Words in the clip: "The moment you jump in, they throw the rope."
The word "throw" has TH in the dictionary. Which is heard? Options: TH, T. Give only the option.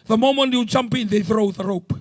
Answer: TH